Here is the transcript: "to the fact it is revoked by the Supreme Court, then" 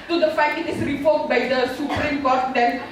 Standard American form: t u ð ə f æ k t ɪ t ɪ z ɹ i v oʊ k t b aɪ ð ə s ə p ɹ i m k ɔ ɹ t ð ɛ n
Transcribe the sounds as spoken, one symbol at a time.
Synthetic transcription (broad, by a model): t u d ə f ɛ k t ɪ t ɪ s ɹ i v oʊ t b aɪ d ə s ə p ɹ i m k ɔ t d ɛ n